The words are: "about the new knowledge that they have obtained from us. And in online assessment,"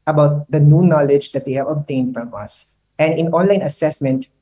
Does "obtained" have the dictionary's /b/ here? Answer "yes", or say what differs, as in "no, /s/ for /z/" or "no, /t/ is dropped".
yes